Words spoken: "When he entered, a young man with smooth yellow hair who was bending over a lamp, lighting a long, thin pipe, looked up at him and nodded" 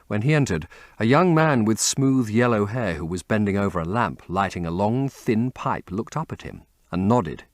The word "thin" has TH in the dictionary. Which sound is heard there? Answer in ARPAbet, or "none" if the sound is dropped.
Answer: TH